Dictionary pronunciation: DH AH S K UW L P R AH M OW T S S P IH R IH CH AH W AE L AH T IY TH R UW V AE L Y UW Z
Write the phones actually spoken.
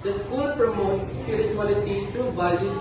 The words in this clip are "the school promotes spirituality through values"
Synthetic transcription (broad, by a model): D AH S K UW L P R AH M OW T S S P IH R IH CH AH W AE L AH T IY T R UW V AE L Y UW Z